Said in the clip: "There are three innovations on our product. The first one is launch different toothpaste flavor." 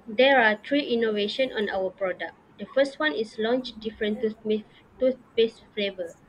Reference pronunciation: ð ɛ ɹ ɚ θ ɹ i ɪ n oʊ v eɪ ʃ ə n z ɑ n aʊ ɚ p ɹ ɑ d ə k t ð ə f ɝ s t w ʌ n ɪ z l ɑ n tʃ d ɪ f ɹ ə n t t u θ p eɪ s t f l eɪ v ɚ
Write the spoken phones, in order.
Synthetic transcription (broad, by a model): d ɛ ɹ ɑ t ɹ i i n oʊ v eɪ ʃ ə n ɑ n aʊ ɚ p ɹ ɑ d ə k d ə f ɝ s t w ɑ n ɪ s l ɑ n tʃ d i f ɹ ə n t t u s p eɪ s f l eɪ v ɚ